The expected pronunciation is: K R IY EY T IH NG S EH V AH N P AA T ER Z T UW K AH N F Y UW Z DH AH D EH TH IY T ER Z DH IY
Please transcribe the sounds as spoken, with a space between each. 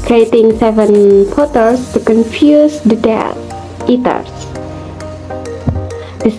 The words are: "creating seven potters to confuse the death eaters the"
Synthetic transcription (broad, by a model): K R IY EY T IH NG S EH V AH N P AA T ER S T UW K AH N F Y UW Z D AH D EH T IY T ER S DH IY